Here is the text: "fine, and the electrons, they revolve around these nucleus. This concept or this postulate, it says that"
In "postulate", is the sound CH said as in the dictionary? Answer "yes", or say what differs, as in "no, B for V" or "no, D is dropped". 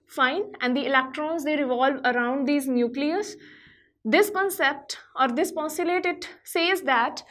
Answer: no, CH is dropped